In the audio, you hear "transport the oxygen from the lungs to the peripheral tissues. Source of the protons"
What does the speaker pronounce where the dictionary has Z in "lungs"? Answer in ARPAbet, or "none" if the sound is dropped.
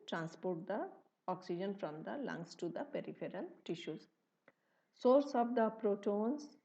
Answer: S